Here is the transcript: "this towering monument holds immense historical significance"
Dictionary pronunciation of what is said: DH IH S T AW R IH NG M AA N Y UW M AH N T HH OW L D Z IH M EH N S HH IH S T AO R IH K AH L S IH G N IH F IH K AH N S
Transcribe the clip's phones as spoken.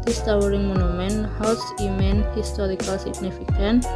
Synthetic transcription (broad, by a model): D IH S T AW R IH NG M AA N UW M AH N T HH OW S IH M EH N HH IH S T AO R IH K AH L S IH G N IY F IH K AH N